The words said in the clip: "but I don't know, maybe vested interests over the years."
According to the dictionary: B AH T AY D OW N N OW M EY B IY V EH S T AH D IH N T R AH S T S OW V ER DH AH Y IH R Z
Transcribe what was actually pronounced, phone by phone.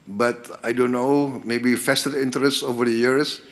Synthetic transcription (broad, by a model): B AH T AY D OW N N OW M EY B IY F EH S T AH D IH N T R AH S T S OW V ER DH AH Y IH R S